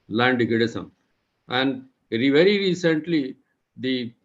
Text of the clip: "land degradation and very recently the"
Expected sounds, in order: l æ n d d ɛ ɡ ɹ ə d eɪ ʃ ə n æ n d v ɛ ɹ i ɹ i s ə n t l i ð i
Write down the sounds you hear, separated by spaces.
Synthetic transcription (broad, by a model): l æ n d d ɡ ə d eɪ s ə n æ n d v ɛ ɹ i ɹ i s ə n t l i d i